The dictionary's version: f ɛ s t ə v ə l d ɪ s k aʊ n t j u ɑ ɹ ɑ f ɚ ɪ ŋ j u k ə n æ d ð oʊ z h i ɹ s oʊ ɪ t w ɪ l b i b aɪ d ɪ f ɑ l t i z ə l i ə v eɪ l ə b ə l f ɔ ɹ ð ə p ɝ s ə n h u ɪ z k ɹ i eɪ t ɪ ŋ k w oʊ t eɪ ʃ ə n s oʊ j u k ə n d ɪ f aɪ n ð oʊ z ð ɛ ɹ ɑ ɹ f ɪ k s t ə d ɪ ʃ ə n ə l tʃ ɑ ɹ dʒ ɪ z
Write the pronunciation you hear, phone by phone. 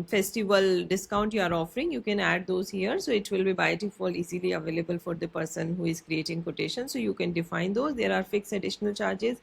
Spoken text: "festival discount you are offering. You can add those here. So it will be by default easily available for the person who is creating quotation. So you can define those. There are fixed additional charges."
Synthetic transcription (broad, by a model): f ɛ s t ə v ə l d ɪ s k aʊ n t j u ɑ ɹ ɑ f ɚ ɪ ŋ j u k ə n æ d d oʊ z h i ɹ s oʊ ɪ t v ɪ l b i b aɪ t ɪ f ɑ l i z ə l i ə v eɪ l ə b ə l f ɔ ɹ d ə p ɝ s ə n h u ɪ z k ɹ i eɪ t ɪ ŋ k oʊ t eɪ ʃ ə n s oʊ j u k ə n d ɪ f aɪ n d oʊ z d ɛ ɹ ɑ ɹ f ɪ k s ə d ɪ ʃ ə n ə l tʃ ɑ ɹ dʒ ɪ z